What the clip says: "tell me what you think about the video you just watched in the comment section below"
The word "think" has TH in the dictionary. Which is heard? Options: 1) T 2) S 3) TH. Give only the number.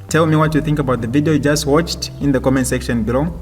3